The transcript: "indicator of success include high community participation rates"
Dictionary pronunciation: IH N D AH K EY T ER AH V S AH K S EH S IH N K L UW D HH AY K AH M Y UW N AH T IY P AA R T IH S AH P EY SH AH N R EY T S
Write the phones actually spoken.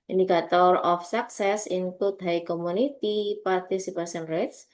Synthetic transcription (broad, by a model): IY N D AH K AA T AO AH F S AH K S EH S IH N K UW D HH AY K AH M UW N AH T IY P AA R T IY S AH P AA S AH N R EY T S